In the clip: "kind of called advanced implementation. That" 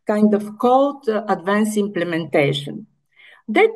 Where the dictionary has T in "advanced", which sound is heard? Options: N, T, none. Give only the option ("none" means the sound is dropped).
none